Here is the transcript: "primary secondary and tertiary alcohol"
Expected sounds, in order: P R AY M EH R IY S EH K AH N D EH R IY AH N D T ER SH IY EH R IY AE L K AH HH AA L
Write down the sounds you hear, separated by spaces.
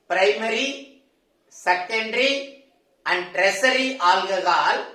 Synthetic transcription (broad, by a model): P R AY M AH R IY S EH K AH N D R IY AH N D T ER S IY R IY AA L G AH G AA L